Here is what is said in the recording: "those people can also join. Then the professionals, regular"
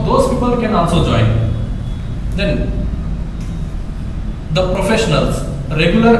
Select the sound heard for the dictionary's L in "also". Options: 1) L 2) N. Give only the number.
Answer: 2